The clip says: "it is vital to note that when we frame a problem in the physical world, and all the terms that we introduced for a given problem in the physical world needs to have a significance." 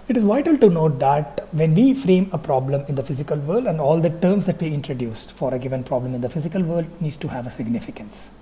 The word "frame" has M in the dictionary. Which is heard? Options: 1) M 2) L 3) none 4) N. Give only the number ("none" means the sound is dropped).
1